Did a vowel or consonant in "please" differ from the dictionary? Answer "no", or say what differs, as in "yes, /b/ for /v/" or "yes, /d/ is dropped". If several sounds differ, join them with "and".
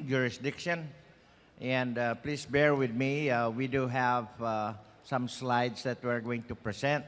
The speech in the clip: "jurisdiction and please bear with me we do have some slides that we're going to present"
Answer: yes, /s/ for /z/